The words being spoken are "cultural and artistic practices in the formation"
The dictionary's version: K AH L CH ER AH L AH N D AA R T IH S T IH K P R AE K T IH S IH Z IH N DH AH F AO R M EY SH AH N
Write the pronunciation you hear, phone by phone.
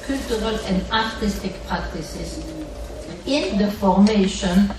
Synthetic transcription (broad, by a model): K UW L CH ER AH L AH N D AA R T IH S T IH K P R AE K T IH S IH S IH N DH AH F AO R M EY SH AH N